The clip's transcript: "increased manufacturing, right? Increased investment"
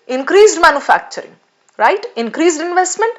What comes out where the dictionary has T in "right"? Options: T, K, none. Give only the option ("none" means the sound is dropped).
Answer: T